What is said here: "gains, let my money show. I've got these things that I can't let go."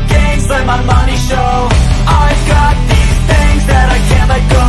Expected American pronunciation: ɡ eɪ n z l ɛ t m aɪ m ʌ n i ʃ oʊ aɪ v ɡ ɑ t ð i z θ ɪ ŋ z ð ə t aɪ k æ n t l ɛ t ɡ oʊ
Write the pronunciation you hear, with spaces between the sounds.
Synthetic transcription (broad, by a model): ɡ eɪ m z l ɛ m aɪ m ʌ n i ʃ oʊ aɪ v ɡ ɑ t ð i z θ ɪ ŋ z ð ə t aɪ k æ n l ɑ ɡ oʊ